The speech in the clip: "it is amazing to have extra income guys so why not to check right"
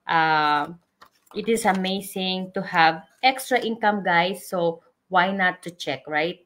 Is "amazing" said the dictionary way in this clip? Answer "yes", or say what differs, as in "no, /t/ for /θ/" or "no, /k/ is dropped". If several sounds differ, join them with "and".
no, /s/ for /z/